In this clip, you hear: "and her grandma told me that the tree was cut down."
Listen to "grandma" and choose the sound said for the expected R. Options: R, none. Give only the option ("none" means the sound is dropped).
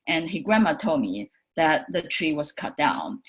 R